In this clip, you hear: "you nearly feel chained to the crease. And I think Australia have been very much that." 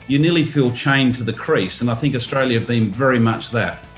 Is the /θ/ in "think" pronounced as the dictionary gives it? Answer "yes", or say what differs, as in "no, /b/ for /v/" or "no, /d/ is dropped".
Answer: yes